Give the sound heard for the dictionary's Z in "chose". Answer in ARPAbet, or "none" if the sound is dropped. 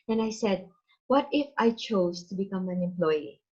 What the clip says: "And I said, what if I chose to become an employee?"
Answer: S